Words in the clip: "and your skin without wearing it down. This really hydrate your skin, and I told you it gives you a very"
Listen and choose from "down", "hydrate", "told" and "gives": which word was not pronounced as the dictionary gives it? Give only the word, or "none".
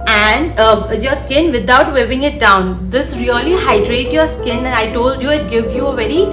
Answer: gives